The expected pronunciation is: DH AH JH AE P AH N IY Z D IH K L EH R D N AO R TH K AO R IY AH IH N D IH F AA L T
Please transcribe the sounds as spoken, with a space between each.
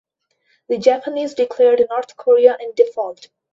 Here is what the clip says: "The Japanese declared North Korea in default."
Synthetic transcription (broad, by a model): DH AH JH AE P AH N IY Z D IH K L EH R D N AO R T K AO R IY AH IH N D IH F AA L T